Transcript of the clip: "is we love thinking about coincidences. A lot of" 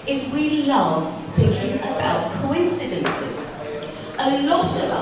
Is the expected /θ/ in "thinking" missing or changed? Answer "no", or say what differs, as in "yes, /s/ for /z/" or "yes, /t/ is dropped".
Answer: no